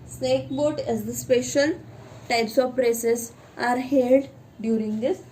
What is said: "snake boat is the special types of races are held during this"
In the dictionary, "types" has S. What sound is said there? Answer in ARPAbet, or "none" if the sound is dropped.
S